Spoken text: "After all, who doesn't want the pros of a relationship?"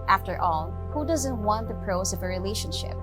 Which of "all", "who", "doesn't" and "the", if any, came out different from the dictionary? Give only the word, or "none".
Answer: none